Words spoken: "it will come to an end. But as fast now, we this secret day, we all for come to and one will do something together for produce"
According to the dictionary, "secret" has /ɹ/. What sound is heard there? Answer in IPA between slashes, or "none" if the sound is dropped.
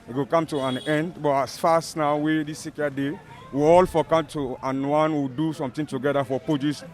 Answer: none